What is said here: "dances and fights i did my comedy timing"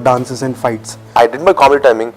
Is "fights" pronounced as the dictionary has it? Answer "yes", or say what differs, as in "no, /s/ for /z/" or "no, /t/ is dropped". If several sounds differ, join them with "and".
yes